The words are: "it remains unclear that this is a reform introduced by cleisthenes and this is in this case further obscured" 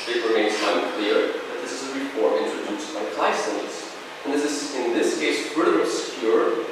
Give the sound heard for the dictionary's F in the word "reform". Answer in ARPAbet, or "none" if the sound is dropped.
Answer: P